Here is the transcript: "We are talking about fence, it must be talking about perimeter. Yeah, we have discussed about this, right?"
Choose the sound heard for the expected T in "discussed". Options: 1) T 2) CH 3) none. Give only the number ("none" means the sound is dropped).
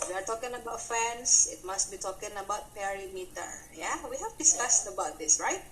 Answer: 3